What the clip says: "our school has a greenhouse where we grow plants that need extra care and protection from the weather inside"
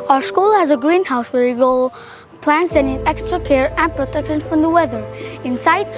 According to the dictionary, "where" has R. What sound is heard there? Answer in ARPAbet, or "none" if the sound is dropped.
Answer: R